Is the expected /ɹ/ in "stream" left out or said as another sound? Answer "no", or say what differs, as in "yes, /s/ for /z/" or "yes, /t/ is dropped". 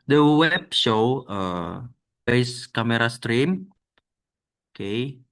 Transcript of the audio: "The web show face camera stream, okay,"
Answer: no